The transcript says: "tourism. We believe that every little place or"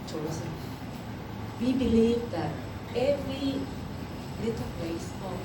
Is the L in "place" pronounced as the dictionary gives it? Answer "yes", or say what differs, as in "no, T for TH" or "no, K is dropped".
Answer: no, L is dropped